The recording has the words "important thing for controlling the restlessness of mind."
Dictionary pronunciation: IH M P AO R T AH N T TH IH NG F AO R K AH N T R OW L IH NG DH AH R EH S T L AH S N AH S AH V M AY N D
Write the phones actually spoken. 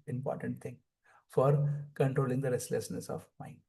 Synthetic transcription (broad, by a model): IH M P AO R T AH N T T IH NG F AO R K AH N T R OW L IH NG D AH R EH S T L AH S N AH S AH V M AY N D